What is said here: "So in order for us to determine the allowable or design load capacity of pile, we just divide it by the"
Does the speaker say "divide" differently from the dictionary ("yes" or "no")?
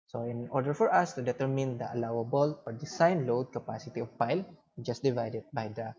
no